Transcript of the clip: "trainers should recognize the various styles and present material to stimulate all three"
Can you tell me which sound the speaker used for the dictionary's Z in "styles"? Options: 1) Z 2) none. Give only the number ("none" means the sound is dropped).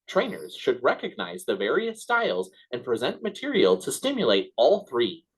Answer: 1